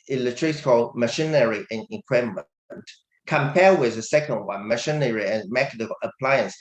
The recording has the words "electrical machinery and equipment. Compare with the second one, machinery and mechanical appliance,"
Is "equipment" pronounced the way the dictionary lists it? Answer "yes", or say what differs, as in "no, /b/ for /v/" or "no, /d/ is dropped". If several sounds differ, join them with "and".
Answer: no, /p/ is dropped